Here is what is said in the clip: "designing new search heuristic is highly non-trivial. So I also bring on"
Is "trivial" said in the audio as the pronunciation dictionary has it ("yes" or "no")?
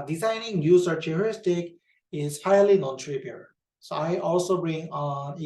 no